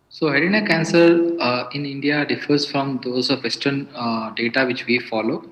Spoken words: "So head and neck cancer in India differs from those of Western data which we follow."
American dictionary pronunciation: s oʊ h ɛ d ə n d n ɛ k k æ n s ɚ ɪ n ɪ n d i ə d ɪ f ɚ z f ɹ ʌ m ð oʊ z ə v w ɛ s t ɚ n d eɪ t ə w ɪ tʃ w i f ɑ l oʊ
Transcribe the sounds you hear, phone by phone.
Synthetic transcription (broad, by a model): s oʊ h ɛ d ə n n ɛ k k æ n s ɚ ɪ n ɪ n d i ə d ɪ f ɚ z f ɹ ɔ m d oʊ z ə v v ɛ s t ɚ n d eɪ t ə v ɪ tʃ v i f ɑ l oʊ